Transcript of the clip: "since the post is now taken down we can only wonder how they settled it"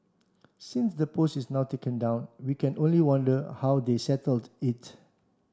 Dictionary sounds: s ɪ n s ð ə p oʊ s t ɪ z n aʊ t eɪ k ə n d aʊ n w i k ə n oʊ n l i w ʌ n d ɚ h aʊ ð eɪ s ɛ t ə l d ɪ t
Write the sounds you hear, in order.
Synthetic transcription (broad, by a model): s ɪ n s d ə p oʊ s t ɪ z n aʊ t eɪ k ə n d aʊ n w i k ə n oʊ n l i w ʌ n d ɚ h aʊ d eɪ s ɛ t ə l d ɪ t